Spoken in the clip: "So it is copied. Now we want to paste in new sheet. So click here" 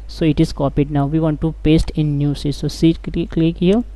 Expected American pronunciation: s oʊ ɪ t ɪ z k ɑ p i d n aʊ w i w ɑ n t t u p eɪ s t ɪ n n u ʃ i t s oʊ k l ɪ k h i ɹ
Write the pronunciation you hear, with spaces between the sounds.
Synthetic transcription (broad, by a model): s oʊ ɪ t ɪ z k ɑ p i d n aʊ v i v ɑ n t t u p eɪ s t ɪ n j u s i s s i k l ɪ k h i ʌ